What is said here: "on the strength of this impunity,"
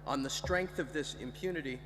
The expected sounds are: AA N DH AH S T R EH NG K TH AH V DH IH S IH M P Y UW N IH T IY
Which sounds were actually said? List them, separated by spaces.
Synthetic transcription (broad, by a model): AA N DH AH S T R EH NG K TH AH V DH IH S IH M P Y UW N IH T IY